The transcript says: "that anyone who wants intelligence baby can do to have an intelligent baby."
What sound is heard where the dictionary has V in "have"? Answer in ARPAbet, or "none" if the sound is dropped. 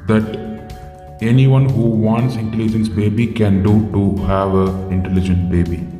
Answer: V